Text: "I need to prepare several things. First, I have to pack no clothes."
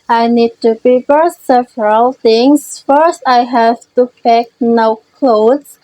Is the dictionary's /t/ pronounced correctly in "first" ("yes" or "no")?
yes